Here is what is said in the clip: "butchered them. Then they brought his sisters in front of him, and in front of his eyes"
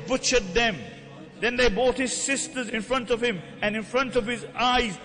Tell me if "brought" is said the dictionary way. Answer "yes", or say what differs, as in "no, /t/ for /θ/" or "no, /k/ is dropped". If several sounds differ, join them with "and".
no, /ɹ/ is dropped